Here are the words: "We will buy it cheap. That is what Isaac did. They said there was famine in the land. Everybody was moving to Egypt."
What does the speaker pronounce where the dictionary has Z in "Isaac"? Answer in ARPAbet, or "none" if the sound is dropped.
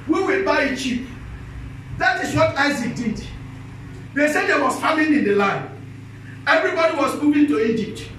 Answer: Z